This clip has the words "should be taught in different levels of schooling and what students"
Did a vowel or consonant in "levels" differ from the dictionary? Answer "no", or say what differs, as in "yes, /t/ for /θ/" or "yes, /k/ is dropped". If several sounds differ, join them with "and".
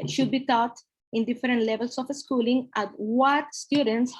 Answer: yes, /s/ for /z/